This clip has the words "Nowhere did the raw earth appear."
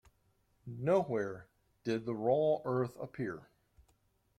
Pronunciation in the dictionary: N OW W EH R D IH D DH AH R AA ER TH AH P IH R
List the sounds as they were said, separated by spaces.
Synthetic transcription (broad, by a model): N OW W EH R D IH D DH AH R AA ER TH AH P IH R